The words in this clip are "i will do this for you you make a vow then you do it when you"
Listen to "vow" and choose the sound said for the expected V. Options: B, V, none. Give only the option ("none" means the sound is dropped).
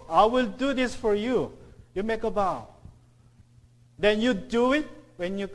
B